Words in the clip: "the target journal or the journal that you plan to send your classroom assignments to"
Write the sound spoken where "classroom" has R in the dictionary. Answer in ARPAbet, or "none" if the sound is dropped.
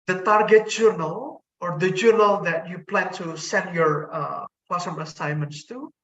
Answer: none